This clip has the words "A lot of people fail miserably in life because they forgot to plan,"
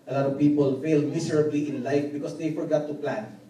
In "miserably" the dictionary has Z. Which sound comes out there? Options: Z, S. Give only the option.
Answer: S